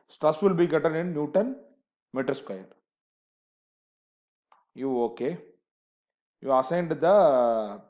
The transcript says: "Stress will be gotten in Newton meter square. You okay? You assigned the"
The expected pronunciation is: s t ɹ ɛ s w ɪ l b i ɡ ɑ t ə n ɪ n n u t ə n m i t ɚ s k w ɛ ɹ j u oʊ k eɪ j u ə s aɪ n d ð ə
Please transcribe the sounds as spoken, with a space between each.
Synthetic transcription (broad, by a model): s t ɹ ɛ s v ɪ l b i ɡ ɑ t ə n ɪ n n u t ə n m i t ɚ s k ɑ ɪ l j u oʊ k eɪ j u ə s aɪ n d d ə